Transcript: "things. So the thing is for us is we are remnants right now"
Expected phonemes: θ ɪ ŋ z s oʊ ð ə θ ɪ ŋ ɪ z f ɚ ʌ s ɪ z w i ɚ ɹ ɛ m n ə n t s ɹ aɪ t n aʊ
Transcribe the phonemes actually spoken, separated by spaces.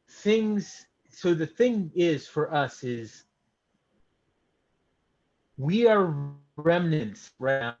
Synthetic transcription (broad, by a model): θ ɪ ŋ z s oʊ ð ə θ ɪ ŋ ɪ z f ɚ ʌ s ɪ z w i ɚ ɹ ɛ m n ə n t s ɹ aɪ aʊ